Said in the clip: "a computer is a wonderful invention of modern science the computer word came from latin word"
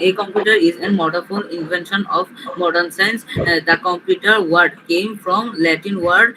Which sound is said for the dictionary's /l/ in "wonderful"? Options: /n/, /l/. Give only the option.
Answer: /n/